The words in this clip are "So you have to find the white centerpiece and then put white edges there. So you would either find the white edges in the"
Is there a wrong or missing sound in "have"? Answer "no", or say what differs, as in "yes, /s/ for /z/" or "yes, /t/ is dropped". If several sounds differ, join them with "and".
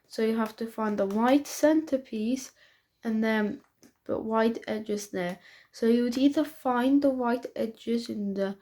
yes, /f/ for /v/